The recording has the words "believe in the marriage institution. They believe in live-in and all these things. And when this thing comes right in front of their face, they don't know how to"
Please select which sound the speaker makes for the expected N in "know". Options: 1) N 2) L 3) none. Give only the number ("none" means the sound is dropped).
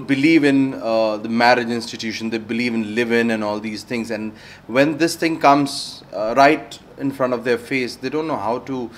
1